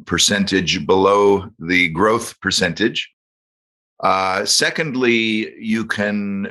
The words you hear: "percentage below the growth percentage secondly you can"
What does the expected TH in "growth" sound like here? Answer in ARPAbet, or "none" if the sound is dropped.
TH